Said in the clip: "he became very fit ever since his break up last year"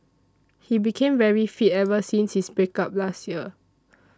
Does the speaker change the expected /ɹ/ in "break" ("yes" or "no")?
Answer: yes